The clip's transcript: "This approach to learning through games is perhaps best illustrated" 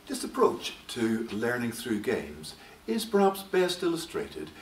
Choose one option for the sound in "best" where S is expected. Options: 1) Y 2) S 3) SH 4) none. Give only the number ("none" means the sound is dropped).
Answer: 2